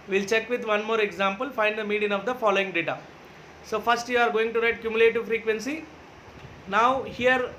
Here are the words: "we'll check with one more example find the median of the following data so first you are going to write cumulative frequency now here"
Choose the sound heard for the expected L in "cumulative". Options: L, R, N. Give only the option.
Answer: L